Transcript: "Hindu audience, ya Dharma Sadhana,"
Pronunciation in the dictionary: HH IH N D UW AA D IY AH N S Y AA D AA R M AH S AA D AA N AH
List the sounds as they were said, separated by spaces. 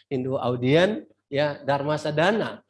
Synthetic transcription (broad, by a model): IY N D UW AA D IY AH N Y AA D AA R M AH S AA D AA N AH